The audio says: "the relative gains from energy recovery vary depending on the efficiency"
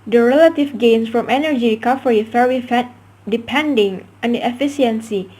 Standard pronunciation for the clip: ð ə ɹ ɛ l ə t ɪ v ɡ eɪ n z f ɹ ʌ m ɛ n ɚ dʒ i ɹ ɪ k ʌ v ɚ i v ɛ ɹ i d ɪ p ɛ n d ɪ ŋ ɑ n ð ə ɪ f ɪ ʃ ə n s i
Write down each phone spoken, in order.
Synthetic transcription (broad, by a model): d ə ɹ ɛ l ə t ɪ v ɡ eɪ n s f ɹ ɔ m ɛ n ɚ dʒ i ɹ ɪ k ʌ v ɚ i f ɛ w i d ɪ p ɛ n d ɪ ŋ ɑ n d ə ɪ f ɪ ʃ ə n s i